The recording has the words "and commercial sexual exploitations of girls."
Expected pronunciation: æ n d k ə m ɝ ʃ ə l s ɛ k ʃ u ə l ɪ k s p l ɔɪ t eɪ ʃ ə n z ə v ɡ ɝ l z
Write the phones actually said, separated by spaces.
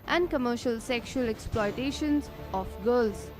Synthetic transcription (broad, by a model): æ n d k ə m ɝ ʃ ə l s ɛ k ʃ u ə l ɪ k s p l ɔɪ t eɪ ʃ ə n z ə f ɡ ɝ l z